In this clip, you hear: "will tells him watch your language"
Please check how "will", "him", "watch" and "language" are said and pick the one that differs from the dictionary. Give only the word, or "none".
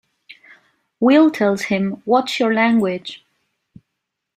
watch